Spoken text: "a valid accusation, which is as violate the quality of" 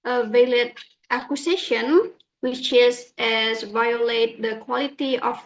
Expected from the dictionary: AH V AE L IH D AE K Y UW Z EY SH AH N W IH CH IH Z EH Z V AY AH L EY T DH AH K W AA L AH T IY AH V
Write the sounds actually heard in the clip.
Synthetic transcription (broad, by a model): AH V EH L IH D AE K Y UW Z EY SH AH N W IH CH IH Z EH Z V AY AH L EY T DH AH K W AA L AH T IY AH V